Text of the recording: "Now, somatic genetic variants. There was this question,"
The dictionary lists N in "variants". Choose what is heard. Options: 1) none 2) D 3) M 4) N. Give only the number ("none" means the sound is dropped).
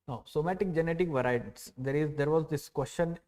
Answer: 1